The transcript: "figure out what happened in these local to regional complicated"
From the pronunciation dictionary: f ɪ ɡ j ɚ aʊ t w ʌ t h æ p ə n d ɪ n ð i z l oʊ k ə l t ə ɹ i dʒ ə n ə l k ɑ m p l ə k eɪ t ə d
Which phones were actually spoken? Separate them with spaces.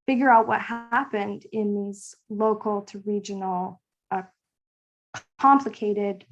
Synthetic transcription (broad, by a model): f ɪ ɡ j ɚ aʊ t w ʌ t h æ p ə n d ɪ n ð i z l oʊ k l t ə ɹ i dʒ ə n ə k ɑ m p l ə k eɪ t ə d